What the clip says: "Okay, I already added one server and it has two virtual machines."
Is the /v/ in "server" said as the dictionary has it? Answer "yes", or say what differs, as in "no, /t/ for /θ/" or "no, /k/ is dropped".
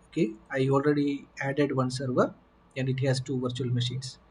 yes